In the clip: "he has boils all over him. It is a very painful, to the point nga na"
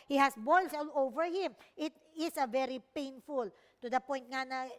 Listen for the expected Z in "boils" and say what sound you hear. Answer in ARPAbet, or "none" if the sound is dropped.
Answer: S